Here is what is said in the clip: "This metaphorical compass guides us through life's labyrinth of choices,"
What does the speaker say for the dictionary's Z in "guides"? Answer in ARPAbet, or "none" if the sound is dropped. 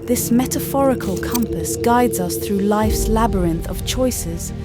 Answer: Z